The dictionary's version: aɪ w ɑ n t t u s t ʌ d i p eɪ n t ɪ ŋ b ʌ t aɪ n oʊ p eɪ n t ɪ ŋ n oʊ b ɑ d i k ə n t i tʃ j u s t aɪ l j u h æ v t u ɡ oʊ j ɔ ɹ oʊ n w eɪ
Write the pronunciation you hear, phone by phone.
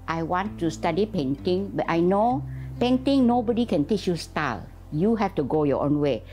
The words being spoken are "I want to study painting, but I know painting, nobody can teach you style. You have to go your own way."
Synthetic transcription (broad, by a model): aɪ w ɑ n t t u s t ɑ d i p eɪ n t ɪ ŋ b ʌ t aɪ n oʊ p eɪ n t ɪ ŋ n oʊ b ɑ d i k ə n t i tʃ j u s t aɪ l j u h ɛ f t u ɡ oʊ j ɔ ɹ oʊ n w eɪ